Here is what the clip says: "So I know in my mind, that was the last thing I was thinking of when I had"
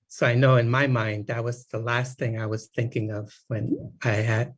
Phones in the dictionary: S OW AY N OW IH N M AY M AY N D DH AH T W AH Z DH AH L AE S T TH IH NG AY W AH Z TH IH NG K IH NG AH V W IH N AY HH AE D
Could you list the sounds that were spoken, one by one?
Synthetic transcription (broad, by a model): S OW AY N OW IH N M AY M AY N D DH AH T W AH Z DH AH L AE S T TH IH NG AY W AH Z TH IH NG K IH NG AH V W IH N AY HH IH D